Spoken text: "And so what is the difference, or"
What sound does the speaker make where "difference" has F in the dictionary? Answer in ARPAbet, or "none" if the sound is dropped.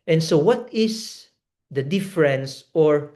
F